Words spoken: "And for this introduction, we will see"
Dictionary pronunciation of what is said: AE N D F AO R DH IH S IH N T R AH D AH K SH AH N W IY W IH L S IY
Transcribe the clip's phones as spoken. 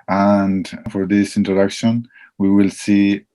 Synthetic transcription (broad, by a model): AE N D F AO R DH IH S IH N T R AH D AH K SH AH N W IY W IH L S IY